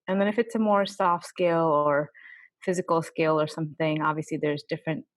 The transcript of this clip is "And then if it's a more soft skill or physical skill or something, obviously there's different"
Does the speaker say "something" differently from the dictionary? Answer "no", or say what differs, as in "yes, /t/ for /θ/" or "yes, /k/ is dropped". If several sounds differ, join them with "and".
no